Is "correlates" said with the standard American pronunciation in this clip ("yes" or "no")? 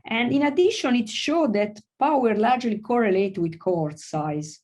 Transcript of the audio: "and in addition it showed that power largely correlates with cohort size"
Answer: no